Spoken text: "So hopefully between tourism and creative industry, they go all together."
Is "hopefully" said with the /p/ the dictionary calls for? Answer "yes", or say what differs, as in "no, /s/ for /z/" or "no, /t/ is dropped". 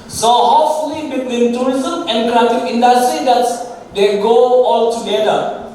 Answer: no, /p/ is dropped